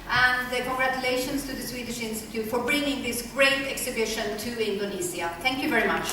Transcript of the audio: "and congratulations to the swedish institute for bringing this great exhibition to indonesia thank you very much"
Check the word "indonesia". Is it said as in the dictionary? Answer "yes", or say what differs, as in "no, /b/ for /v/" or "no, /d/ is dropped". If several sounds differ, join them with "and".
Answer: no, /z/ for /ʒ/